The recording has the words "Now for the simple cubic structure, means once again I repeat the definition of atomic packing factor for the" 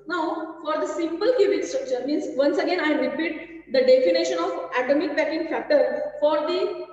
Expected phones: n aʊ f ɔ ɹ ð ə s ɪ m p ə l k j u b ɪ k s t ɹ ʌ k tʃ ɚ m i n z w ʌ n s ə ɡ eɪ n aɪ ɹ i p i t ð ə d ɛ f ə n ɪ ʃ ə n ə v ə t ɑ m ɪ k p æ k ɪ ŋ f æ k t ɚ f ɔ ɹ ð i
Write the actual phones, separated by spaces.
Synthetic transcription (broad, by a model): n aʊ f ɔ ɹ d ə s ɪ m p ə l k j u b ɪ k s t ɹ ʌ k tʃ ɚ m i n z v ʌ n s ə ɡ eɪ n aɪ ɹ i p i t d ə d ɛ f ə n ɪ ʃ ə n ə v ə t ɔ m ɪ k b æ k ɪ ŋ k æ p t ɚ f ɔ ɹ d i